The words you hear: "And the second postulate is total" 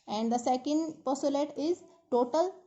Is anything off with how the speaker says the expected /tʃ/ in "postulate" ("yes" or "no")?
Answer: yes